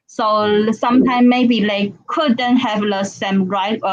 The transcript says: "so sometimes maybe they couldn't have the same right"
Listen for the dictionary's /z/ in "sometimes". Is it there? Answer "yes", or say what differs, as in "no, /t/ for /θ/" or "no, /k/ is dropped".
no, /z/ is dropped